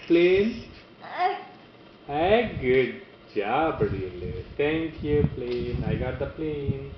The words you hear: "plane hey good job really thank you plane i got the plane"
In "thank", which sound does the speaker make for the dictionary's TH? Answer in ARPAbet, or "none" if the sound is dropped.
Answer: T